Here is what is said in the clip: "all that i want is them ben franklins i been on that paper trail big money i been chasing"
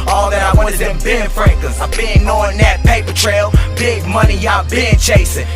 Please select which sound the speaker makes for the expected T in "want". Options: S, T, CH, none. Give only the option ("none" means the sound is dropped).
none